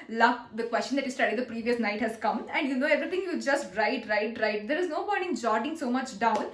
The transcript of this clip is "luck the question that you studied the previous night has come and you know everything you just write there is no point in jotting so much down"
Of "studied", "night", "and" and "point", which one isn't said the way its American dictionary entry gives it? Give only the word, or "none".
point